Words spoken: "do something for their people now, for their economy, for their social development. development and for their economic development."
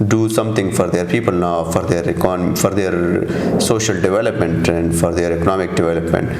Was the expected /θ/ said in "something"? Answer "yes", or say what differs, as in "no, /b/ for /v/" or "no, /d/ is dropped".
no, /t/ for /θ/